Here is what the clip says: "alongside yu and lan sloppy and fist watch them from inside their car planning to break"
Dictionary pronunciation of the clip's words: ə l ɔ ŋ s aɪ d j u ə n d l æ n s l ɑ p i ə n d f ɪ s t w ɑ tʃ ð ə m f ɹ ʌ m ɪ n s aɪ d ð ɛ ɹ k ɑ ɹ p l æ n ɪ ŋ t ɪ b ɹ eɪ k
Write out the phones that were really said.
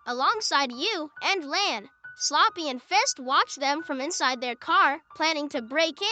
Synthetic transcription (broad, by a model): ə l ɔ ŋ s aɪ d j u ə n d l æ n s l ɑ p i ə n f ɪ s t w ɑ tʃ ð ə m f ɹ ʌ m ɪ n s aɪ d ð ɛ ɹ k ɑ ɹ p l æ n ɪ ŋ t ɪ b ɹ eɪ k